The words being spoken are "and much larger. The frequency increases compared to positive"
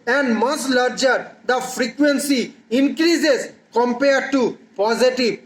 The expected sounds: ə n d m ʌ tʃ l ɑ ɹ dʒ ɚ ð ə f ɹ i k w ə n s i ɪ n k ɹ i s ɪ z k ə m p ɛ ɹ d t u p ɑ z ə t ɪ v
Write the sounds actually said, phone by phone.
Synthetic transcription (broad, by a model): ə n d m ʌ s l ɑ ɹ dʒ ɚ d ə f ɹ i k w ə n s i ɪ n k ɹ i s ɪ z k ə m p ɛ ɹ d t u p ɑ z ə t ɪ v